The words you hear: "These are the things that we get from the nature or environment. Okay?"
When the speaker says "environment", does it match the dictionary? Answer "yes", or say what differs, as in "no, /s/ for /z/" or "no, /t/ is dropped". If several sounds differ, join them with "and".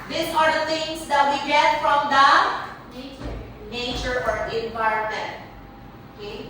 no, /ɹ/ is dropped